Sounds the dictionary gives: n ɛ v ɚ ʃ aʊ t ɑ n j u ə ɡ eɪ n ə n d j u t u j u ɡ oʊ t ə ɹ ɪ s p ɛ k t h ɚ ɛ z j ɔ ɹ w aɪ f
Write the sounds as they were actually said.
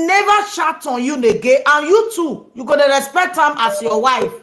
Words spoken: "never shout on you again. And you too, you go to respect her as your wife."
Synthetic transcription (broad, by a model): n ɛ v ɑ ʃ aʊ t ɑ n j u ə ɡ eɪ ə n j u t u j u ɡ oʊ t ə ɹ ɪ s p ɛ k t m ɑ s j ɔ w aɪ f